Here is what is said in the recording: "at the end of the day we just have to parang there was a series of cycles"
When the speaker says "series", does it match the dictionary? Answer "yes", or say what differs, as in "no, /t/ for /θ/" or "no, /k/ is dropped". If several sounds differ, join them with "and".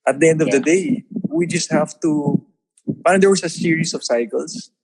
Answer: no, /s/ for /z/